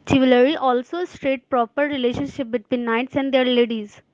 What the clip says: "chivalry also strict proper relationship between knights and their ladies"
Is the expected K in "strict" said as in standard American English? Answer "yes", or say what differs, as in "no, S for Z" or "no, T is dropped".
no, K is dropped